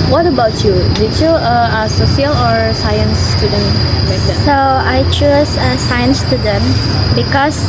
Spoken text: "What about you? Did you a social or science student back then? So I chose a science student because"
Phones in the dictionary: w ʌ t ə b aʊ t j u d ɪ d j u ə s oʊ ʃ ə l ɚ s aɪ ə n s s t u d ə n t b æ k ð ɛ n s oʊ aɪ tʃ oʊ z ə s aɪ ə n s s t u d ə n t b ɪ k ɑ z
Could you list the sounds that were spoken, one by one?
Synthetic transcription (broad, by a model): w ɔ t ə b aʊ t j u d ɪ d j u ə s oʊ s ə l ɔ s aɪ ə n s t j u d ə n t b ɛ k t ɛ s oʊ aɪ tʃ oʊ s ə s aɪ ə n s s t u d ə n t b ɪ k ɑ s